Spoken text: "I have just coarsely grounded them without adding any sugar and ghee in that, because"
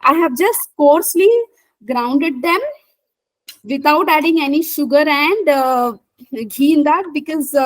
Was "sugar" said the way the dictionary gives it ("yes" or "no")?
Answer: yes